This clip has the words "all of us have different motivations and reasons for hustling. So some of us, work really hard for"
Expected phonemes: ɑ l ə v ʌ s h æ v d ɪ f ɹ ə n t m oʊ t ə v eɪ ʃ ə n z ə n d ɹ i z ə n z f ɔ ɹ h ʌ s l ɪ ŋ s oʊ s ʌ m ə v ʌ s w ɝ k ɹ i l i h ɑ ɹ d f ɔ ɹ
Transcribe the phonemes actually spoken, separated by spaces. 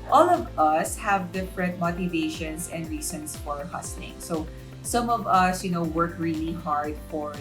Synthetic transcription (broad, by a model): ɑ l ə v ʌ s h æ v d ɪ f ɹ ə n t m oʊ t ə v eɪ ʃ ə n s ə n d ɹ i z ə n s f ɔ ɹ h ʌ s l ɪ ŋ s oʊ s ʌ m ə v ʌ s w ɝ k ɹ i l i h ɑ ɹ d f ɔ ɹ